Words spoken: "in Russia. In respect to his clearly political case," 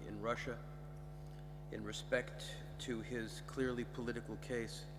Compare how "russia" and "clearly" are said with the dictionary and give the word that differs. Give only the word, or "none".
none